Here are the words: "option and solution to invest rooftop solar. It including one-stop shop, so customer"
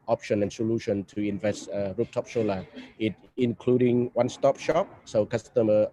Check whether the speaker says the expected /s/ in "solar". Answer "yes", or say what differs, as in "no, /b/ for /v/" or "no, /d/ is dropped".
no, /ʃ/ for /s/